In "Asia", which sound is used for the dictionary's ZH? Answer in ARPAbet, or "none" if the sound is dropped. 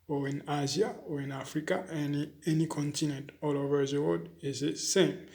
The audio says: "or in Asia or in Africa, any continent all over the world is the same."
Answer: Z